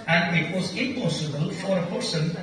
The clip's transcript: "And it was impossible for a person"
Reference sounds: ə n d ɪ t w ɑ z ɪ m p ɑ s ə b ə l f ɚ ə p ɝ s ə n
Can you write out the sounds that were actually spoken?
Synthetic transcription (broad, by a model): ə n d ɪ t w ɑ z ɪ m p ɑ s ə b ə l f ɚ ə p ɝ s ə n